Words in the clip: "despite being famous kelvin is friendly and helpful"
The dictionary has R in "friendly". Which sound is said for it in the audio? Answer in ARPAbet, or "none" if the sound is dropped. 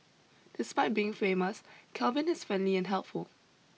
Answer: none